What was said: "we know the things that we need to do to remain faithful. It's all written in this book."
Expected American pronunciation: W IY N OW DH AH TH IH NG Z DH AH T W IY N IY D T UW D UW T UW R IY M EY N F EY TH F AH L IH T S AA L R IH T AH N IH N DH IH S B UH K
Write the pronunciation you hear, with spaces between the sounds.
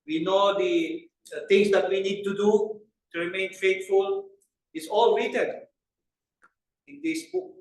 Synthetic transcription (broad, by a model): W IY N OW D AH T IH NG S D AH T W IY N IY D T UW D UW T UW R IY M EY N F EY T F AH L IH T S AA L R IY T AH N IH N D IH S B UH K